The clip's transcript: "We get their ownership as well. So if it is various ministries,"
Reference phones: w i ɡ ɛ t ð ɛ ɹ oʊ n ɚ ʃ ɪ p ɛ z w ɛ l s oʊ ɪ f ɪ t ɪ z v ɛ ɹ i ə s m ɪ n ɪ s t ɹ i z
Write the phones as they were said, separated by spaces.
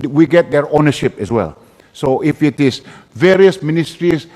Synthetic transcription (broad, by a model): w i ɡ ɛ t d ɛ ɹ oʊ n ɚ ʃ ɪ p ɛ s w ɛ l s oʊ ɪ f ɪ t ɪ s v ɛ ɹ i ə s m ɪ n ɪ s t ɹ i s